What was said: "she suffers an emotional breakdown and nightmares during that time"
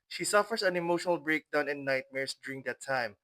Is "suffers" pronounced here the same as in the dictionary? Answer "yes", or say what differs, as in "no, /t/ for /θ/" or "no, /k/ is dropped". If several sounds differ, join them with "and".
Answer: no, /s/ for /z/